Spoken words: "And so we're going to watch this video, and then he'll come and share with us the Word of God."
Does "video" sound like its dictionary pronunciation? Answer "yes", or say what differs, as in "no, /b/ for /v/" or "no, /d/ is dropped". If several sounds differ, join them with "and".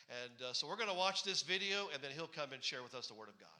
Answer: yes